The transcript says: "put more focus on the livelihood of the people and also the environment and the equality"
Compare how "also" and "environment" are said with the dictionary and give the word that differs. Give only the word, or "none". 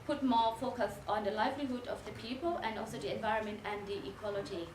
none